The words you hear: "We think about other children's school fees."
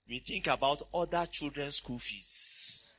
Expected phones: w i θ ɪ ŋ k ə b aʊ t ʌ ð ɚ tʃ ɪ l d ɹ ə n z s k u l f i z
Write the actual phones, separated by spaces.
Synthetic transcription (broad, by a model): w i θ ɪ ŋ k ə b aʊ t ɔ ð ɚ tʃ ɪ l d ɹ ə n s k u l f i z